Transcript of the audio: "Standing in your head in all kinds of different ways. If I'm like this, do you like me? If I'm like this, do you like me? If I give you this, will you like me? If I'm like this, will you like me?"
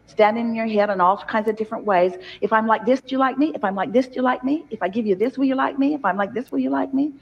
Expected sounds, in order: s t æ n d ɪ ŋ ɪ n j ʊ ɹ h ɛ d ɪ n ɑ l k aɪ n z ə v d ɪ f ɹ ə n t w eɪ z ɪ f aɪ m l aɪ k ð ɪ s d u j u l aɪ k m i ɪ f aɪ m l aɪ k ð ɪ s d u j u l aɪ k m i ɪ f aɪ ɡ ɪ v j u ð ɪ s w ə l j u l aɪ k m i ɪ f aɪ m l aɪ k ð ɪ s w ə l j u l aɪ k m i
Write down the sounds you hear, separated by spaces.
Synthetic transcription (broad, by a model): s t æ n d ɪ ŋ ɪ n j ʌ ɹ h ɛ d ɪ n ɑ l k aɪ n z ə v d ɪ f ɹ ə n t w eɪ z ɪ f aɪ m l aɪ k ð ɪ s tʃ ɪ l aɪ k m i ɪ f aɪ m l aɪ k ð ɪ s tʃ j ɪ l aɪ k m i ɪ f aɪ ɡ ɪ v j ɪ ð ɪ s w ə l j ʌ l aɪ k m i ɪ f aɪ m l aɪ k ð ɪ s w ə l j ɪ l aɪ k m i